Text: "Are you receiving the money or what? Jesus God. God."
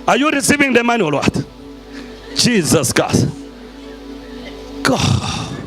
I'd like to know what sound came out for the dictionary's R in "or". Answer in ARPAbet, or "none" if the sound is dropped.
L